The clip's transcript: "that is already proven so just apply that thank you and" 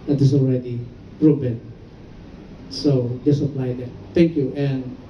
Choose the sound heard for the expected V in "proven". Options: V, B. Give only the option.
B